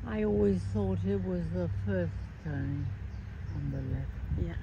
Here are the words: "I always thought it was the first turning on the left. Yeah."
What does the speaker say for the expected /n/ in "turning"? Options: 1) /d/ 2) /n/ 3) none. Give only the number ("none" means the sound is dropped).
3